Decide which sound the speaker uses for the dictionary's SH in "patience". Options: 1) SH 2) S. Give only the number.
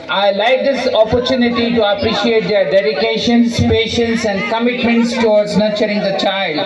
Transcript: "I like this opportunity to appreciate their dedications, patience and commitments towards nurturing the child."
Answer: 1